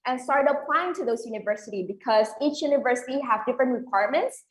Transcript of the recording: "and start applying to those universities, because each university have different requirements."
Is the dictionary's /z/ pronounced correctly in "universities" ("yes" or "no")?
no